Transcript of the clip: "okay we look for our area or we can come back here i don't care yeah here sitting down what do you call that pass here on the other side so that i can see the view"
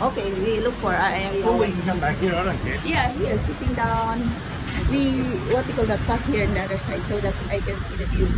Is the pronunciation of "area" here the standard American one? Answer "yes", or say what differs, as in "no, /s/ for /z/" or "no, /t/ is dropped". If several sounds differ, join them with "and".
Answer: no, /w/ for /ɹ/